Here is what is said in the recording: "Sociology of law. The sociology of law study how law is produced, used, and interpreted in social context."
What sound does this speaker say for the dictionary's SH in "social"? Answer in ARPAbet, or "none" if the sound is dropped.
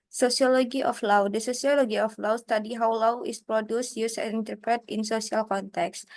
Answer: S